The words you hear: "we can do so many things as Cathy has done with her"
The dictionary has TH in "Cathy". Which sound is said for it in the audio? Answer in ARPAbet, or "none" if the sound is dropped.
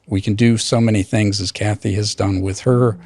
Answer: TH